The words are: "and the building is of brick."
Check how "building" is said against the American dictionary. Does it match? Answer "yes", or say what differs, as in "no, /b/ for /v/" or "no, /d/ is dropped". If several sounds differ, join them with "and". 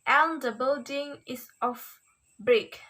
yes